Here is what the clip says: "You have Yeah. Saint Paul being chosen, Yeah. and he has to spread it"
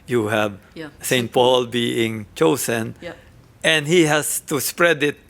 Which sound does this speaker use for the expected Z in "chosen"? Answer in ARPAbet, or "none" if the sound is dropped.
S